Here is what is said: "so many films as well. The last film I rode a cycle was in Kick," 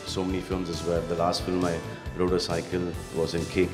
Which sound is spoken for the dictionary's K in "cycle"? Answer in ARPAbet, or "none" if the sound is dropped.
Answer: K